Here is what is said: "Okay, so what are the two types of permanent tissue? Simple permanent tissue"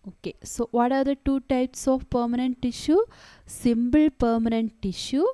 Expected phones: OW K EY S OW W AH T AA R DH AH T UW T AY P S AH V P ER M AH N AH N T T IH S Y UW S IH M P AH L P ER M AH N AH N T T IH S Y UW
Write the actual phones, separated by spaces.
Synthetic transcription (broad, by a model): OW K EY S OW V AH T AA R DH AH T UW T AY P S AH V P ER M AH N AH N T T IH SH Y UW S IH M B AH L P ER M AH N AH N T T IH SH Y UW